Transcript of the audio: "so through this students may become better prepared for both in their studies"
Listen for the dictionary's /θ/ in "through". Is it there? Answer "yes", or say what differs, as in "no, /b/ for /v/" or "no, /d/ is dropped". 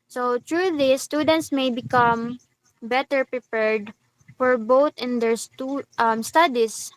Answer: no, /t/ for /θ/